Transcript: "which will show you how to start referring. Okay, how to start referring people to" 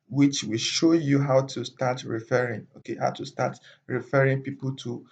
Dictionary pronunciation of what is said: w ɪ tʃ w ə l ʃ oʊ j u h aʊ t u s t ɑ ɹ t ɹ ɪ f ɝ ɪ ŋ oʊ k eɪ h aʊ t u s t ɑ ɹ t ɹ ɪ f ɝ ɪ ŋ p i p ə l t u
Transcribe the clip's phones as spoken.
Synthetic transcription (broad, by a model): w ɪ tʃ w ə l ʃ oʊ j u h aʊ t u s t ɑ t ɹ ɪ f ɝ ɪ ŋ oʊ k eɪ h aʊ t u s t ɑ t ɹ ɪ f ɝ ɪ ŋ p i p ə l t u